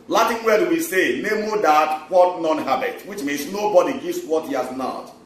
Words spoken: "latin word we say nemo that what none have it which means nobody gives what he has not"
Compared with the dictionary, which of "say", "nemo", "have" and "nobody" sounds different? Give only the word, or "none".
have